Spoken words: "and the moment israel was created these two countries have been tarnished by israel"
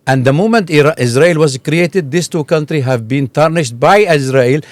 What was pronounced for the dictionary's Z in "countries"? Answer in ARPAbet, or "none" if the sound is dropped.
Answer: none